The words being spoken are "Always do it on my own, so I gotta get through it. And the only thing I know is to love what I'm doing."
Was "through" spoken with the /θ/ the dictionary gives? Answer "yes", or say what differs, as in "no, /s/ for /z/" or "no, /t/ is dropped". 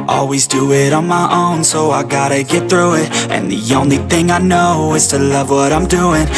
yes